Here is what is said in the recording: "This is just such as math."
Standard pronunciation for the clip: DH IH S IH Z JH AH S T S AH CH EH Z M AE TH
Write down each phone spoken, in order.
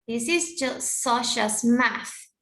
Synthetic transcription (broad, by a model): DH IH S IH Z JH AH S T S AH SH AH S M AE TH